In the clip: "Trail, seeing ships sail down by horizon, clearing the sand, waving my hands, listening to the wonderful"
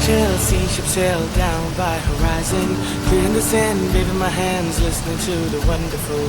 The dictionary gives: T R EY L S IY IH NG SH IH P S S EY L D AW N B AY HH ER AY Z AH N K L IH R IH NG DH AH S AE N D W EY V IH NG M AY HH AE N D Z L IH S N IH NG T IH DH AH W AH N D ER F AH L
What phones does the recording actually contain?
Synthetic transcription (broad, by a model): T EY L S IY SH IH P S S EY L D AW N B AY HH ER AY Z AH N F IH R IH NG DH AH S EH N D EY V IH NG M AY HH AE N D Z L IH S N IH NG T IH DH AH W AH N D ER F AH L